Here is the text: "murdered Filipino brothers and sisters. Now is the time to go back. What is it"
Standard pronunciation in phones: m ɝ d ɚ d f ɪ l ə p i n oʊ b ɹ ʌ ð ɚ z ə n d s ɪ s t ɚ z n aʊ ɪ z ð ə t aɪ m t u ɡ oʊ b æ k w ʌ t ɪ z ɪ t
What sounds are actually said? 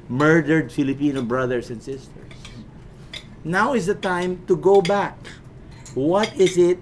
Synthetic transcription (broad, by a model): m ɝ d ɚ d f ɪ l ə p i n oʊ b ɹ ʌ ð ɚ s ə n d s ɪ s t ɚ s n aʊ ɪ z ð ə t aɪ m t u ɡ oʊ b æ k w ʌ t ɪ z ɪ t